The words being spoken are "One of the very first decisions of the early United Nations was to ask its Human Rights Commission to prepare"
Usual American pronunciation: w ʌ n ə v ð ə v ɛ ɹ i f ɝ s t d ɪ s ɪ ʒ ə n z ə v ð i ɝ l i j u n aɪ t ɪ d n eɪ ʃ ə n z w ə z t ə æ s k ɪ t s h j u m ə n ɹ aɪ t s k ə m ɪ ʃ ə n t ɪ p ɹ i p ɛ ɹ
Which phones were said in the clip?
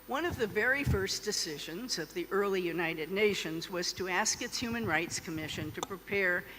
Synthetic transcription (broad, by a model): w ʌ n ə v ð ə v ɛ ɹ i f ɝ s d ɪ s ɪ ʒ ə n z ə v ð i ɝ l i j u n aɪ t ɪ d n eɪ ʃ ə n z w ə z t ə æ s k ɪ t s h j u m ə n ɹ aɪ t s k ə m ɪ ʃ ə n t ɪ p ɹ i p ɛ ɹ